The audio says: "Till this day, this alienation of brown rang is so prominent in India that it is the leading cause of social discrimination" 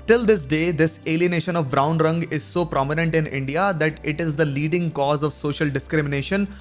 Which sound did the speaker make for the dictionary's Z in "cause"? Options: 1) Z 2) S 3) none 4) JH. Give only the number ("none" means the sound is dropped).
1